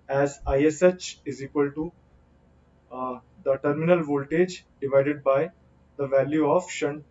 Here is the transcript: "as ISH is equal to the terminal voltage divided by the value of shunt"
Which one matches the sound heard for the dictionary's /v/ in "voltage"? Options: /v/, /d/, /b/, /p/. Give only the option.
/v/